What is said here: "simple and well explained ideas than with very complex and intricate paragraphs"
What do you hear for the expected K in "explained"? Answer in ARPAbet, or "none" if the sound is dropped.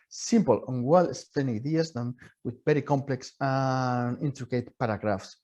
none